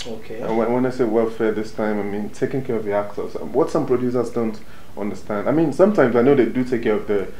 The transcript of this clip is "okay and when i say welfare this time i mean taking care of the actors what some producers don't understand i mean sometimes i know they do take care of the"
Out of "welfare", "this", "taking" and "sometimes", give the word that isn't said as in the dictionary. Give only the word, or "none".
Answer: none